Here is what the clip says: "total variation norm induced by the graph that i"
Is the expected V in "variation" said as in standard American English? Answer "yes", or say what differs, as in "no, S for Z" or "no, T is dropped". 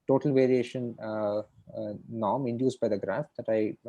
yes